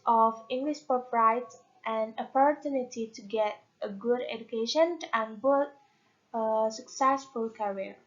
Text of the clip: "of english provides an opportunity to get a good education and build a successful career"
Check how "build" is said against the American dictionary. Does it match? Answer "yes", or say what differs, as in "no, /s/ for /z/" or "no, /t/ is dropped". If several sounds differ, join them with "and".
no, /l/ is dropped